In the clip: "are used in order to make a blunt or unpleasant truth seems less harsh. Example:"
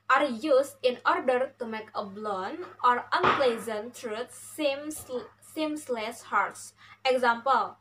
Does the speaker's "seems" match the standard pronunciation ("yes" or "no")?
no